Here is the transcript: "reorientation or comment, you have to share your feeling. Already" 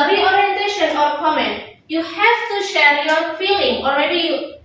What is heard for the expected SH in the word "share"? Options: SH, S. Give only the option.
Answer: SH